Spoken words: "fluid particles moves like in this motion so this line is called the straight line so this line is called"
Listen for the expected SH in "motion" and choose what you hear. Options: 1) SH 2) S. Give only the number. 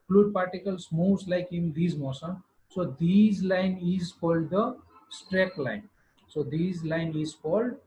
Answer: 2